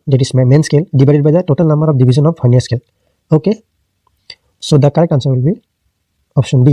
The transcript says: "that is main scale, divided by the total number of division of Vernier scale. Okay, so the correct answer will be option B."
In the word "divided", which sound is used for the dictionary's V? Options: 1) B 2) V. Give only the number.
1